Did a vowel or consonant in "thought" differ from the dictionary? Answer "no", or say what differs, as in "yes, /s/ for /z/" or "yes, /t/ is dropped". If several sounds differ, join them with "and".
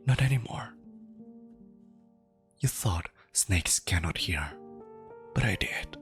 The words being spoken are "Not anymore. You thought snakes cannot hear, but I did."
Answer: no